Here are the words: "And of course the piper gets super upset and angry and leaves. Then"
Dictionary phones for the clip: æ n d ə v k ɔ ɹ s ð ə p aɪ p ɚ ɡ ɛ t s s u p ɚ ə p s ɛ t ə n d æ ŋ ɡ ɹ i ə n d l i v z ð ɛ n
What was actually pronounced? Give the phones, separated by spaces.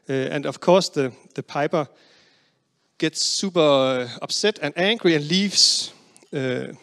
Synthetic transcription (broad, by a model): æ n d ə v k ɔ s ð ð ə p aɪ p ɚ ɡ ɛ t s s u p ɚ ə b s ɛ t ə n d æ ŋ ɡ ɹ i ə n l i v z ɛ